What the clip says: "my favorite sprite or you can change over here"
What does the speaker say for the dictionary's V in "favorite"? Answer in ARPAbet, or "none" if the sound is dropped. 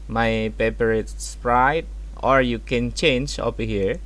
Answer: P